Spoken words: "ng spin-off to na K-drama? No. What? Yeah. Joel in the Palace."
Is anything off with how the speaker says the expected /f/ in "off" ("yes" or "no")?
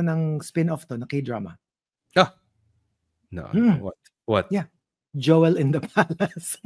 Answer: no